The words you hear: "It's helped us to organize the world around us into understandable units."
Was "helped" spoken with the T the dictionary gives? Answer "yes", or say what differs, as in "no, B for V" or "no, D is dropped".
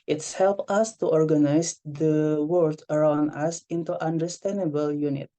no, T is dropped